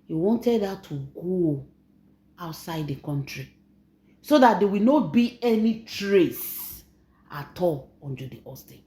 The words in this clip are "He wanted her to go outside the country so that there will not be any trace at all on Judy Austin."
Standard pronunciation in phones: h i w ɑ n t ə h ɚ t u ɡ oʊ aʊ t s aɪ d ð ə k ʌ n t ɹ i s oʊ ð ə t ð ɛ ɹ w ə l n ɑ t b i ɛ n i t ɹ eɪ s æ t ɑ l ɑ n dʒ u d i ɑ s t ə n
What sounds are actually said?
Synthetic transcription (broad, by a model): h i w ɑ n t ə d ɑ t u ɡ oʊ aʊ t s aɪ d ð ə k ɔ n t ɹ i s oʊ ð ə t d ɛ w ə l n ɑ t b i ɛ n i t ɹ eɪ s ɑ t ɑ l ɑ n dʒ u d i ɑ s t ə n